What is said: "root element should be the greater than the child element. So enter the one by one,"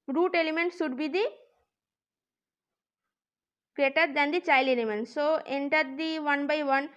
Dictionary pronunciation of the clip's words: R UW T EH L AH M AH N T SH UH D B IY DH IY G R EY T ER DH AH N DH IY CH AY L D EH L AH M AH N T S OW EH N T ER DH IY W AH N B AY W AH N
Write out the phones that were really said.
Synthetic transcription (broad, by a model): R UW T EH L AH M AH N T S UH D B IY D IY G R EY T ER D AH N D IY CH AY L EH L AH M AH N T S OW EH N T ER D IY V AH N B AY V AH N